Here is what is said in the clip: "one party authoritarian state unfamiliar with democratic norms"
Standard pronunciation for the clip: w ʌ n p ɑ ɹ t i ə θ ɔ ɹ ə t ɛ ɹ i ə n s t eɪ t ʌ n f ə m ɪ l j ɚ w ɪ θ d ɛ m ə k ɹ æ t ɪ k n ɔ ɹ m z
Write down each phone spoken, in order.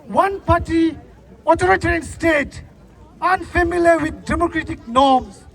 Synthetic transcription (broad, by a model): w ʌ n p ɑ t i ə t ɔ ɹ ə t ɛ ɹ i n s t eɪ t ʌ n f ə m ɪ l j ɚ w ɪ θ d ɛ m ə k ɹ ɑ t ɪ k n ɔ m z